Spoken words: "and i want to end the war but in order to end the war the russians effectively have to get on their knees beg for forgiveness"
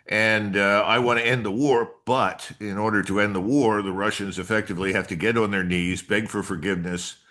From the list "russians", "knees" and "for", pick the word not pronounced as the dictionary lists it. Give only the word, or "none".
none